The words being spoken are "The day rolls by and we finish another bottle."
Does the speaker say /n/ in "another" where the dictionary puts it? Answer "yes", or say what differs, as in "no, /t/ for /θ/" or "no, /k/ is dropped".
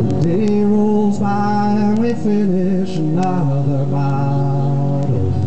no, /n/ is dropped